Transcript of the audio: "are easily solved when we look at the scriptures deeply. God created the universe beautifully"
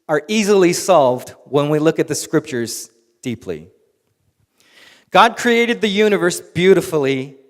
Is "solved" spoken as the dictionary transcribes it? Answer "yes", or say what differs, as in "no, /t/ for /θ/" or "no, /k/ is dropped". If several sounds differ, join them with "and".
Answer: yes